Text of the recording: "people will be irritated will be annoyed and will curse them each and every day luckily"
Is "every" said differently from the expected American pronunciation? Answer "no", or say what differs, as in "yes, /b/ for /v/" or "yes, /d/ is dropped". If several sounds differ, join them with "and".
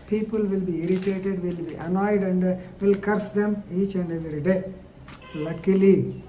yes, /v/ is dropped